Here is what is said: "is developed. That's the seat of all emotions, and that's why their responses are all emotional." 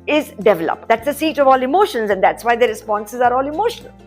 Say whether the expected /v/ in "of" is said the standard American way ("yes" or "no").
yes